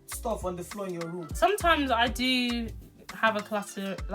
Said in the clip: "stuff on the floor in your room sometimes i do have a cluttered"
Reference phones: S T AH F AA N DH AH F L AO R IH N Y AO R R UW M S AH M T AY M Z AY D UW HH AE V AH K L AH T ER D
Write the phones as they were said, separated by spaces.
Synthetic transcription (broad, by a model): S T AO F AA N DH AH F L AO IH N Y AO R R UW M S AH M T AY M Z AY D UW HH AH V AH K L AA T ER